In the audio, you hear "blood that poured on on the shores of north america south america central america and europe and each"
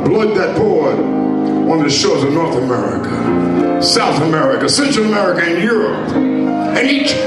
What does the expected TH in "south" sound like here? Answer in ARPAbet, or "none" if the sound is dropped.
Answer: TH